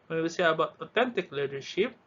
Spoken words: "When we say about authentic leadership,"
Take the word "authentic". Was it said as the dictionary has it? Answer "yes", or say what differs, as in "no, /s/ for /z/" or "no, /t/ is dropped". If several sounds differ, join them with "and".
no, /t/ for /θ/